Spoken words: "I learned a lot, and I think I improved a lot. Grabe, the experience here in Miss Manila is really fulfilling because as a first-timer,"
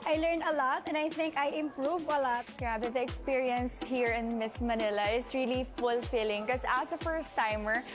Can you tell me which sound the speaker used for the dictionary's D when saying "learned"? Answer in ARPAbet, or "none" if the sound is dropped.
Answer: none